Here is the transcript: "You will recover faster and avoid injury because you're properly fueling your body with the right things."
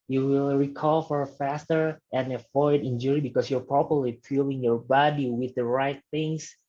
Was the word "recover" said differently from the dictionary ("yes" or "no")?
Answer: yes